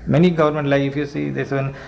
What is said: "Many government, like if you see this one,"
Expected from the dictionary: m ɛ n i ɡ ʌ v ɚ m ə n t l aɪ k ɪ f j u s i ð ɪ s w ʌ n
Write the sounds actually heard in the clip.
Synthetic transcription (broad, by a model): m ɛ n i ɡ ʌ v ɚ m ə n t l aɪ ɪ f j u s i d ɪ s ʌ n